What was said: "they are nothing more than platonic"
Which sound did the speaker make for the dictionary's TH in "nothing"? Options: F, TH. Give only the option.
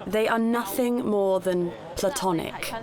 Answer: TH